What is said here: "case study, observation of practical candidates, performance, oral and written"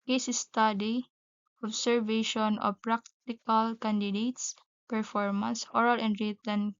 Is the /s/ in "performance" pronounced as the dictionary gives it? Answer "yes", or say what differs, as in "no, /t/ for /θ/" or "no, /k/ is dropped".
yes